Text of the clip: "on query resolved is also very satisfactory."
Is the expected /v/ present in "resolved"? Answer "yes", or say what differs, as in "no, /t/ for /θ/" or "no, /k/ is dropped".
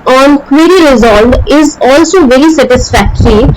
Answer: no, /v/ is dropped